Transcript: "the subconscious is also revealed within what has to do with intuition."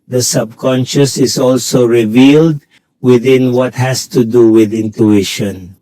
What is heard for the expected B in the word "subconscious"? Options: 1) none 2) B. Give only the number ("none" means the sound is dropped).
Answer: 2